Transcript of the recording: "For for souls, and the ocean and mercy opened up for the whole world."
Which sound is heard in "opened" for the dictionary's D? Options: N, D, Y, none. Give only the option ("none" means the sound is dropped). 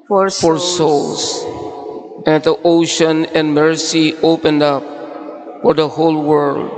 D